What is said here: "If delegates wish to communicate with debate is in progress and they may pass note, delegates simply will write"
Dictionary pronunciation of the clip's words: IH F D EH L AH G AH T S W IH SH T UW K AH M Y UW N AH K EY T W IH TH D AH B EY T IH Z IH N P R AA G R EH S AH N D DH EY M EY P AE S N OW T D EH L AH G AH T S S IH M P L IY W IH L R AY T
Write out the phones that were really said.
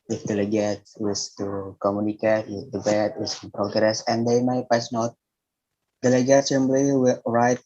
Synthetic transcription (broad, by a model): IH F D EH L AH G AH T W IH S T UW K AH M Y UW N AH K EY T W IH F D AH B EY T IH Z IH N P R AA G R EH S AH N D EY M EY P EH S N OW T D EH L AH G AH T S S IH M B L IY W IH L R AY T